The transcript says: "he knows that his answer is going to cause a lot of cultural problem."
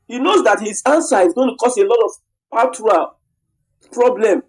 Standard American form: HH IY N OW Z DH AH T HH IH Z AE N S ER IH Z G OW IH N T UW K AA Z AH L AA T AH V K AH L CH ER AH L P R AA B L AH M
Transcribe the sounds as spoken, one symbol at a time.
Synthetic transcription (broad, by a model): HH IY N OW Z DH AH T HH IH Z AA N S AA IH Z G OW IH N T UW K AA S AH L AA T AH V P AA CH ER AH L P R AA B L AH M